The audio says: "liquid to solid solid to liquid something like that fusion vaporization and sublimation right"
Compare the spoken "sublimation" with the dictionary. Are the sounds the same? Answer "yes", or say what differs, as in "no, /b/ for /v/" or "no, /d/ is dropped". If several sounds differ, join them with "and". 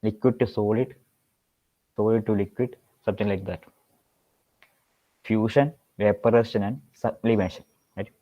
no, /b/ is dropped